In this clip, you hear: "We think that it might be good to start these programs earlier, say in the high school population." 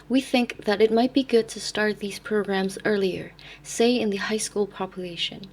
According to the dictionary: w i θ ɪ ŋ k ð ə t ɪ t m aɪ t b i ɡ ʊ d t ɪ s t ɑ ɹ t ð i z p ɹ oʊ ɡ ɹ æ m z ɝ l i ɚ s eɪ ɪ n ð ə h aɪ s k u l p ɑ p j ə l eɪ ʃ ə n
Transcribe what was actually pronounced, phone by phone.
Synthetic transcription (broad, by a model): w i θ ɪ ŋ k ð ə t ɪ t m aɪ t b i ɡ ʊ d t ɪ s t ɑ ɹ t ð i z p ɹ oʊ ɡ ɹ æ m z ɝ l i ɚ s eɪ ɪ n ð ə h aɪ s k u l p ɑ p j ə l eɪ ʃ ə n